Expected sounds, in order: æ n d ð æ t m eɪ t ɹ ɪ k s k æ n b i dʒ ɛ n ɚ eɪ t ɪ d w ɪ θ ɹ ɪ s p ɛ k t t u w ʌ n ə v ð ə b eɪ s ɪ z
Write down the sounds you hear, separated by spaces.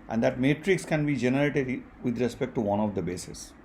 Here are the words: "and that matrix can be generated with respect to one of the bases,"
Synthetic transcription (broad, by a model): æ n d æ t m eɪ t ɹ ɪ k s k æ n b i dʒ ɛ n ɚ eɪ t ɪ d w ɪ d ɹ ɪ s p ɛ k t t u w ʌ n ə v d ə b eɪ s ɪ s